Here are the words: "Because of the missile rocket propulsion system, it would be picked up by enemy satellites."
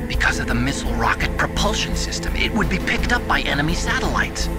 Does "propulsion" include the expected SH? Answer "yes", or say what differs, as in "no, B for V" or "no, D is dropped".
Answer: yes